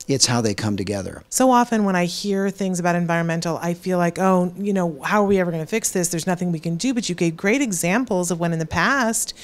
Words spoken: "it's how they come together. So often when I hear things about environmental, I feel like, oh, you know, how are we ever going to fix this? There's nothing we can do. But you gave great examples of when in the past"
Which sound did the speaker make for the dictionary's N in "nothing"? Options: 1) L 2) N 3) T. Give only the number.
2